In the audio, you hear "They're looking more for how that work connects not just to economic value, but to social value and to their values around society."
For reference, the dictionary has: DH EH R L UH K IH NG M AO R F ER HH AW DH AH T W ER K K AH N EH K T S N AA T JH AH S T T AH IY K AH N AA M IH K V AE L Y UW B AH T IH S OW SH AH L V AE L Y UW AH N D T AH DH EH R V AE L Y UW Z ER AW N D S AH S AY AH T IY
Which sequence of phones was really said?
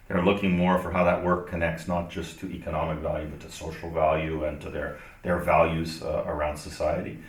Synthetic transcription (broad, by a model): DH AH R L UH K IH NG M AO R F ER HH AW DH AH T W ER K K AH N EH K T S N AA T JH AH S T T IY K AH N AA M IH K V AE L Y UW B AH T IH S OW SH L V AE L Y UW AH N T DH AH DH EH R V AE L Y UW Z ER AW N D S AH S AY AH T IY